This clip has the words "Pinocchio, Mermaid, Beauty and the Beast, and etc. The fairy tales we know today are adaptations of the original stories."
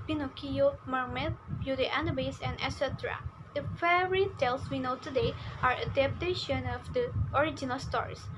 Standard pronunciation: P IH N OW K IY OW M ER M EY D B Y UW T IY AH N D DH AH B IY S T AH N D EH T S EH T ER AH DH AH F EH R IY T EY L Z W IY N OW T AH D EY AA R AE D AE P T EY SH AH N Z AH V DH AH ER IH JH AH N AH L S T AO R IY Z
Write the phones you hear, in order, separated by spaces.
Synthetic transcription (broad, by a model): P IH N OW K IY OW M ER M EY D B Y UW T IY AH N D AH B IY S AH N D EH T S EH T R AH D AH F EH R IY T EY L S W IY N OW T AH D EY AA R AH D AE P T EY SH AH N AH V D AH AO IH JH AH N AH L S T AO R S